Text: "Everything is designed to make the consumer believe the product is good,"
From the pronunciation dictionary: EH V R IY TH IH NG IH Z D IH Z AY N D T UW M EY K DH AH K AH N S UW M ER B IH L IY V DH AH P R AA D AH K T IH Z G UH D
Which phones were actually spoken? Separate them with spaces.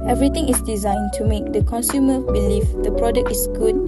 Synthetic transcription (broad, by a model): EH V R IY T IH NG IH S D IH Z AY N T UW M EY K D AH K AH N S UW M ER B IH L IY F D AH P R AA D AH K T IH S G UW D